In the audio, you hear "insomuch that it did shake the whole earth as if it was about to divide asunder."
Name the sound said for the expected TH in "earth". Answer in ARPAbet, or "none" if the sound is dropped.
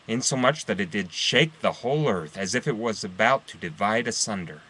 TH